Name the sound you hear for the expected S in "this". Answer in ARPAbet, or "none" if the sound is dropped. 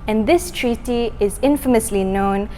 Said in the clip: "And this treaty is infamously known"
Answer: S